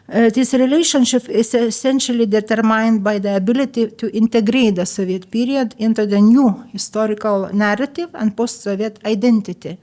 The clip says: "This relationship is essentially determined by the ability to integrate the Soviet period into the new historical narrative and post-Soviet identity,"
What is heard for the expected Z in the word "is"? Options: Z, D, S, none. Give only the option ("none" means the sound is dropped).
S